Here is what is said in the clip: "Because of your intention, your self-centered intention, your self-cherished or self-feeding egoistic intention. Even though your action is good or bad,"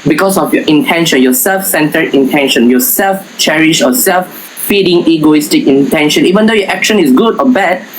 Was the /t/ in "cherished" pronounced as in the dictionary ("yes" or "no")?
no